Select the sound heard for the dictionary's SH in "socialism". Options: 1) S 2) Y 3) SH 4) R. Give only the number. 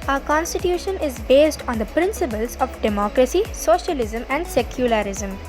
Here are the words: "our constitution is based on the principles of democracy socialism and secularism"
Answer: 3